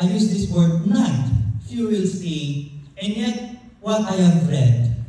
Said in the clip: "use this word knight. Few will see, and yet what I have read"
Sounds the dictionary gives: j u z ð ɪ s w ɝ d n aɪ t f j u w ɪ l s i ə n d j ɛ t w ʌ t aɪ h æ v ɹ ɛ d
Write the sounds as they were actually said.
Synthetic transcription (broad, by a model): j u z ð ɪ s w ɝ d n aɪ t f j u w ɪ l s i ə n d j ɛ t w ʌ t aɪ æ f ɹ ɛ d